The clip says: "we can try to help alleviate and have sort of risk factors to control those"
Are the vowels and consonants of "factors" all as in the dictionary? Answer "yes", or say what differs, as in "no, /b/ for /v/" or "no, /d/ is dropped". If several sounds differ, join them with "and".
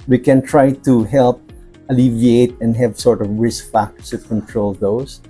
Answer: no, /z/ is dropped